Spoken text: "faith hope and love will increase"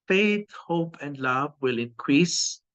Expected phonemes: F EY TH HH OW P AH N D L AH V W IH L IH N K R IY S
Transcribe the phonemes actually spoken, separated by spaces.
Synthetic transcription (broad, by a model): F EY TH HH OW P AH N D L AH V W IH L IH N K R IY S